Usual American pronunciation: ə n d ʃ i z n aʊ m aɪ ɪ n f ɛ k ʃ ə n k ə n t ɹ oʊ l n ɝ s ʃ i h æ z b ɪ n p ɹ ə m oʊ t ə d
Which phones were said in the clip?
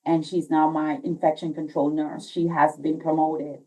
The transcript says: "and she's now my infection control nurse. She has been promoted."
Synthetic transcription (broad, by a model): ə n ʃ i z n aʊ m aɪ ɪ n f ɛ k ʃ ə n k ə n t ɹ oʊ l n ɝ s ʃ i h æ z b ɪ n p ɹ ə m oʊ t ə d